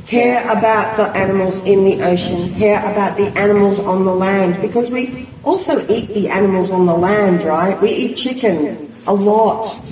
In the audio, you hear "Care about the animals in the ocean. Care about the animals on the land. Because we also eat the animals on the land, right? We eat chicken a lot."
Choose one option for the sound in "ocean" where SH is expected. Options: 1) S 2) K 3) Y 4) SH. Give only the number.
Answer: 4